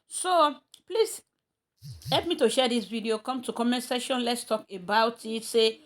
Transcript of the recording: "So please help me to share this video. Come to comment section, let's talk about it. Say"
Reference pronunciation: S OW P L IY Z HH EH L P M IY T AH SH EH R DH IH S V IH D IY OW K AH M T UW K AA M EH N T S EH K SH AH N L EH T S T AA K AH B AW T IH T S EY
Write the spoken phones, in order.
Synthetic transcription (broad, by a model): S OW P L IY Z HH EH L P M IY T AH SH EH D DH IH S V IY D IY OW K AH M T UW K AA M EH N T S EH SH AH N L EH T S T AA K AH B AW T IH T S EY